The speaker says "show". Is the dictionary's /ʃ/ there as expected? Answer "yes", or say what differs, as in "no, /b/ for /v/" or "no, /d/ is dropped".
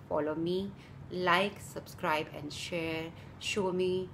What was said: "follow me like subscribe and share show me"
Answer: yes